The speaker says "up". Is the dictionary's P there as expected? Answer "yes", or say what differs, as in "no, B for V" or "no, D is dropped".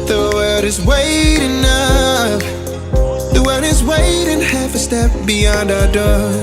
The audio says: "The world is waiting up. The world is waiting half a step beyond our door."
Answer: no, F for P